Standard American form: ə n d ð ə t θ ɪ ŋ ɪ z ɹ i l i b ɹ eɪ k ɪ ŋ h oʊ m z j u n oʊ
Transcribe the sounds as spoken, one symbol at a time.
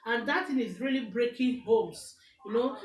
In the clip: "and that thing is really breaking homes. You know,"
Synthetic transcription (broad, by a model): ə n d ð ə t t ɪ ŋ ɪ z ɹ i l i b ɹ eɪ k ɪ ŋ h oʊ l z j u n oʊ